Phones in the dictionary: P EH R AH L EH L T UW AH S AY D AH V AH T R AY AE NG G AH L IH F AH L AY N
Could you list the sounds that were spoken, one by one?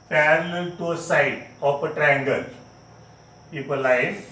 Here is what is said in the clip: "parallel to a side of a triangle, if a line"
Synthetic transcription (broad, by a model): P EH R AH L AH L T UW AH S AY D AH P AH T R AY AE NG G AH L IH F AH L AY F